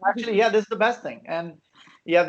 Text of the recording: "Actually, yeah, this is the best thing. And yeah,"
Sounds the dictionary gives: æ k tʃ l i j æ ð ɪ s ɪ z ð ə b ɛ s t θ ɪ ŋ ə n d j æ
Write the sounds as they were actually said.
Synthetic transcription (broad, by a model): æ k tʃ l i j æ ð ɪ s ɪ z ð ə b ɛ s t θ ɪ ŋ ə n j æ